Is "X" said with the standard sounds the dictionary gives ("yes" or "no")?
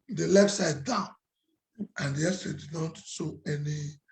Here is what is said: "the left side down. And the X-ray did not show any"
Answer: no